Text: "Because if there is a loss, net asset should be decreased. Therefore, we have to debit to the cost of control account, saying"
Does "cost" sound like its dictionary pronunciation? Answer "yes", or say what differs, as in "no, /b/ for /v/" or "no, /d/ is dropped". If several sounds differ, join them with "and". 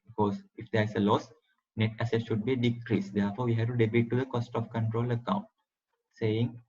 yes